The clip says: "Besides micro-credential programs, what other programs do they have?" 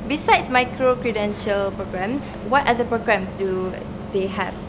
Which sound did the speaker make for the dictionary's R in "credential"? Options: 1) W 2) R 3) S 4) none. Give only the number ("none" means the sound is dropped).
2